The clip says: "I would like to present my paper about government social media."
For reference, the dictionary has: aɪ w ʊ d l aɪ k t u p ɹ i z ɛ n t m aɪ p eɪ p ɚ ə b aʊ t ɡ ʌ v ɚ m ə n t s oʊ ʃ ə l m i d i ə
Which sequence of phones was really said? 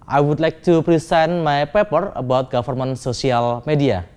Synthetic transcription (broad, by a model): aɪ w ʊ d l aɪ k t u p ɹ i s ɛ n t m aɪ p eɪ p ɚ ə b aʊ t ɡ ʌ f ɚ m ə n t s oʊ s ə l m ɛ d i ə